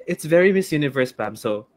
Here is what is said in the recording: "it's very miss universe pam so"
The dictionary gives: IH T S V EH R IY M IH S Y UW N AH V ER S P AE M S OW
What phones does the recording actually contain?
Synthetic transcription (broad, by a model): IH T S V EH R IY M IH S Y UW N AH V ER S B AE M S OW